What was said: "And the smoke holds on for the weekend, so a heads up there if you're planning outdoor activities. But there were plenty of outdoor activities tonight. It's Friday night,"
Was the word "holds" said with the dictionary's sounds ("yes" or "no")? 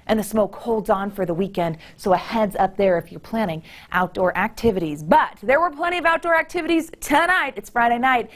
yes